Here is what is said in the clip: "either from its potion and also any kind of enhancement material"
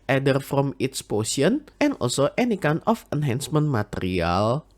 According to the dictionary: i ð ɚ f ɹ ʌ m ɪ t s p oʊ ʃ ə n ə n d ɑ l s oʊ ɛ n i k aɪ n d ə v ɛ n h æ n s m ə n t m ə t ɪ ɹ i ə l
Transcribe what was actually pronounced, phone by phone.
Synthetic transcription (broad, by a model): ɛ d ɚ f ɹ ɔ m ɪ t s p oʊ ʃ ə n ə n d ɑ l s oʊ ɛ n i k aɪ n ə f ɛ n h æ n s m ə n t m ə t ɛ ɹ i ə l